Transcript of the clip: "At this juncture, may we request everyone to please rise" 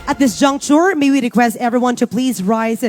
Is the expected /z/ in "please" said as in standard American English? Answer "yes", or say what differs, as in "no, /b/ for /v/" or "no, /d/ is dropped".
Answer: yes